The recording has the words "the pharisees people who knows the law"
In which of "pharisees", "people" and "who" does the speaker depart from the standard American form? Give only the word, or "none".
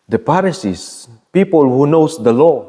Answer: pharisees